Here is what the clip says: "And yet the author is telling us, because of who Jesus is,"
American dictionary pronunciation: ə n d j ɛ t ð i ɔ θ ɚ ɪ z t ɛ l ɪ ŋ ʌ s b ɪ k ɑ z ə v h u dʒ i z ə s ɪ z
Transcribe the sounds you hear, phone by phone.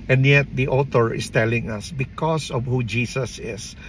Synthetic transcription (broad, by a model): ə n d j ɛ t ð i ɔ t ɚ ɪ s t ɛ l ɪ ŋ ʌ s b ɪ k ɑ s ə v h u dʒ i s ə s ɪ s